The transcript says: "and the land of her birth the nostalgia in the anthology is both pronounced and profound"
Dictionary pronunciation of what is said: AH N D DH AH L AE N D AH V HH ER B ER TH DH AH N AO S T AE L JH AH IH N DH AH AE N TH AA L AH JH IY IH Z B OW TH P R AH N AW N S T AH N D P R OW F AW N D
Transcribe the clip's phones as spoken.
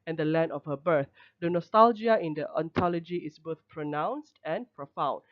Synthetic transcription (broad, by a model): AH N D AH L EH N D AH F HH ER B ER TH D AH N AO S T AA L JH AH IH N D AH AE N T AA L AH JH IY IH S B OW TH P R AH N AW N S T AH N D P R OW F AW N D